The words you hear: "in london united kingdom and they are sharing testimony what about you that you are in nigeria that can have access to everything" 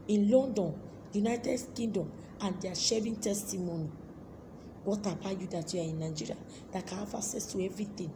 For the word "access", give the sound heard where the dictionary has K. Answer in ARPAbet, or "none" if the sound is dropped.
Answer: none